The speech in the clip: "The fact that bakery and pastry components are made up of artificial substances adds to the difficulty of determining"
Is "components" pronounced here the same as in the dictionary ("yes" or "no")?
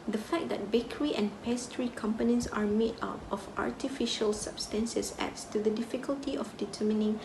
yes